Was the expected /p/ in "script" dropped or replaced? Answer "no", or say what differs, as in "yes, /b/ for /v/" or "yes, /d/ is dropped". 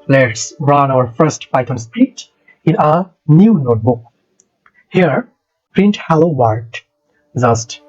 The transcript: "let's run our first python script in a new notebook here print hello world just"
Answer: yes, /p/ is dropped